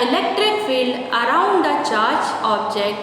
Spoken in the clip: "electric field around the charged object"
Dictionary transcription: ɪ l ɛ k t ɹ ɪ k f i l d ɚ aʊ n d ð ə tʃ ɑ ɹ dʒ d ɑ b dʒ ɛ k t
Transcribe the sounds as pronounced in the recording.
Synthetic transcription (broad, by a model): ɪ l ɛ k t ɹ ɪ k f i l d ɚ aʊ n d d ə tʃ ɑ ɹ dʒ ɑ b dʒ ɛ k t